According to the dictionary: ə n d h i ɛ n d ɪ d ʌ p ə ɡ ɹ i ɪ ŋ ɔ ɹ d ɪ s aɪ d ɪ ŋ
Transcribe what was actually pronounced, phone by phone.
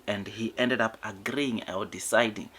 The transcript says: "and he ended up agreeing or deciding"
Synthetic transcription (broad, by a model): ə n d h i ɛ n d ɪ d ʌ p ə ɡ ɹ i ɪ ŋ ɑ l d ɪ s aɪ d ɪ ŋ